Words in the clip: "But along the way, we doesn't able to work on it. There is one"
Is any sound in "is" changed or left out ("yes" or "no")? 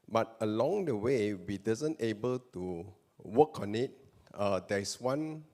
yes